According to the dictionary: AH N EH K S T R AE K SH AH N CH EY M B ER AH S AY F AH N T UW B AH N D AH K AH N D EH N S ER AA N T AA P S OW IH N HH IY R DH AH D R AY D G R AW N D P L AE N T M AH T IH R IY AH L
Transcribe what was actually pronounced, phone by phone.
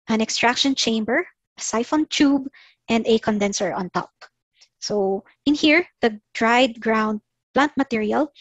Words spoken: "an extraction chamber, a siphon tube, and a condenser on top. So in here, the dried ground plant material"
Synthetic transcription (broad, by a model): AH N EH K S T R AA K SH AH N CH EY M B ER AH S AY F AH N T UW B AH N D AH K AH N D EH N S ER AA N T AA P S OW IH N HH IY R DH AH D R AY D G R AW N D P L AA N T M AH T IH R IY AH L